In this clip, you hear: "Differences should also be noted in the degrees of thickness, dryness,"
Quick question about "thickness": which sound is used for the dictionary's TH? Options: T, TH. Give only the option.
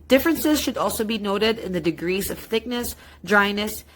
TH